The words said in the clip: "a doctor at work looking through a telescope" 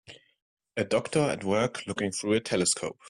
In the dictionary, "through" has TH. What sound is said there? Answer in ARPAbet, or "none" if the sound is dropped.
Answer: TH